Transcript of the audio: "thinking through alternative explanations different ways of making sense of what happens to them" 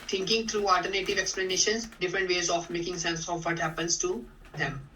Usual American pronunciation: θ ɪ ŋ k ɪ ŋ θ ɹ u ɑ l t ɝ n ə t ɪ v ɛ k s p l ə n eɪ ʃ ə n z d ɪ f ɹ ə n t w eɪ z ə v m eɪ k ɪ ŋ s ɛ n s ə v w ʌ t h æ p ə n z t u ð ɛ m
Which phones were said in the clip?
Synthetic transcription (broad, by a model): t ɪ ŋ k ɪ ŋ t ɹ u ɑ l t ɝ n ə t ɪ v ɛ k s p l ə n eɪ ʃ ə n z d ɪ f ɹ ə n t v eɪ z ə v m eɪ k ɪ ŋ s ɛ n s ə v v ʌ t h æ p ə n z t u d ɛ m